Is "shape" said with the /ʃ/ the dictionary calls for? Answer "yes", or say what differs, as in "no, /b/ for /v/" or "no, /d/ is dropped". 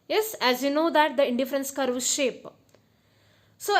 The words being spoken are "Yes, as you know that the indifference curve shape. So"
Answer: yes